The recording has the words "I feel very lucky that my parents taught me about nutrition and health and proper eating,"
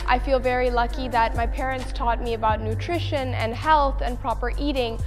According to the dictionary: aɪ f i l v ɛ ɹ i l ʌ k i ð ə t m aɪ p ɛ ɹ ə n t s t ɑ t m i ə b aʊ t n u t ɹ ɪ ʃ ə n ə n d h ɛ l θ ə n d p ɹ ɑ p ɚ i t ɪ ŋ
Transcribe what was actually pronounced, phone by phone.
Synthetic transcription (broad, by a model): aɪ f i l v ɛ ɹ i l ʌ k i ð ə t m aɪ p ɛ ɹ ə n t s t ɑ t m i ə b aʊ t n u t ɹ ɪ ʃ ə n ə n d h ɛ l θ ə n p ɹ ɑ p ɚ i t ɪ ŋ